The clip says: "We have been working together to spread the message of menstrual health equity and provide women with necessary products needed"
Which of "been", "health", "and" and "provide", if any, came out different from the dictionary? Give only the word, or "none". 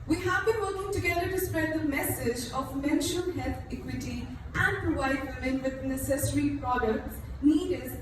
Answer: health